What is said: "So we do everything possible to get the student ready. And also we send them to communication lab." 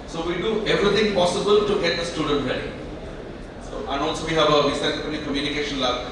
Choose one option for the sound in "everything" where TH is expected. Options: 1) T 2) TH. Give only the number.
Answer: 1